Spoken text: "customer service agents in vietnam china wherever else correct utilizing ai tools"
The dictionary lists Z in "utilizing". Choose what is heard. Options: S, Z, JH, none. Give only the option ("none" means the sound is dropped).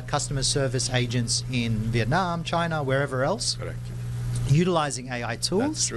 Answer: Z